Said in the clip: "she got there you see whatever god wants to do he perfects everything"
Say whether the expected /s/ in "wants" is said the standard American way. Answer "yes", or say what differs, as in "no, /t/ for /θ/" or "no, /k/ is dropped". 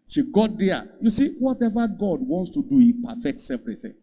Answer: yes